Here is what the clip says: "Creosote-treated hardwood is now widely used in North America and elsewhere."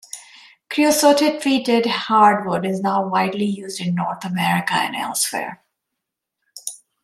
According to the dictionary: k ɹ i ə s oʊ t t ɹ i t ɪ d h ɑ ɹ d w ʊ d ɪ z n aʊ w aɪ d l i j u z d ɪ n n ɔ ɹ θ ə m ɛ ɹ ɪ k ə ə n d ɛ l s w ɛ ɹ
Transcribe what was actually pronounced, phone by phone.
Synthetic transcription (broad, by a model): k ɹ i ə s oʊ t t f i t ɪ d h ɑ ɹ d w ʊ d ɪ z n aʊ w aɪ d l i j u z d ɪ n n ɔ ɹ t ə m ɛ ɹ ɪ k ə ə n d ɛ l s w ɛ ɹ